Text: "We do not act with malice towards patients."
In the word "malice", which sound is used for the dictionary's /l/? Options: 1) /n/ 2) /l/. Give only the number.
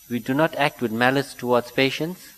2